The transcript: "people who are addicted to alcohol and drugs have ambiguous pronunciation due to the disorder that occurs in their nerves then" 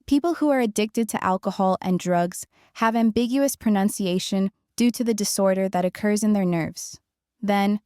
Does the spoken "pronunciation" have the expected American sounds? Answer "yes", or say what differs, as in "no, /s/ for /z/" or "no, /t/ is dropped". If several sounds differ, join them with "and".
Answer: yes